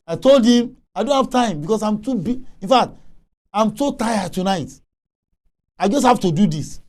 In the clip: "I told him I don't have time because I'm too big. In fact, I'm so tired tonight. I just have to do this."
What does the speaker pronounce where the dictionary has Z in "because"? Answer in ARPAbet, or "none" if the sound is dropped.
S